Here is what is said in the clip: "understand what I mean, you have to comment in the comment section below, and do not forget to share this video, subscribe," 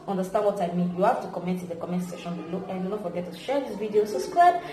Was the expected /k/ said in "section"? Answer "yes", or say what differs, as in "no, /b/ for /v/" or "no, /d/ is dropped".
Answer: no, /k/ is dropped